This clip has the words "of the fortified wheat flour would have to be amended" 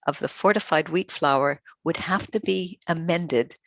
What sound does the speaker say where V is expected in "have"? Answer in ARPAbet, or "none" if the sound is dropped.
F